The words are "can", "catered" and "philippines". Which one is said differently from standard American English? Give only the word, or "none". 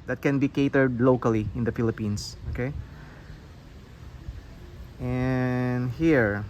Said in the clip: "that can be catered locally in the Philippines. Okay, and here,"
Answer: philippines